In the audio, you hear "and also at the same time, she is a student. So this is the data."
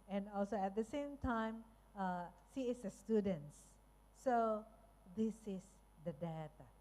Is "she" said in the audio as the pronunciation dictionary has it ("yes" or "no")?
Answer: no